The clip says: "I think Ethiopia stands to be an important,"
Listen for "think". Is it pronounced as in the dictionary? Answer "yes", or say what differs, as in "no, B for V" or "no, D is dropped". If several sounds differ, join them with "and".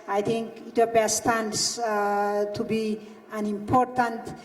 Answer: no, T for TH